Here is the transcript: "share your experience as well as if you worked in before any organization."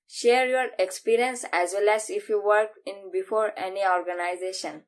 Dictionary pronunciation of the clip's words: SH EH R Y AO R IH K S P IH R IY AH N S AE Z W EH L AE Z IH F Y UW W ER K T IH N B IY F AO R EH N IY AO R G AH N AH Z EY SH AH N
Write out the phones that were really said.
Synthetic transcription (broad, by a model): SH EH R Y AO R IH K S P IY R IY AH N S AE Z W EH L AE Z IH F Y UW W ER K IH N B IY F AO R EH N IY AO R G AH N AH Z EY SH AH N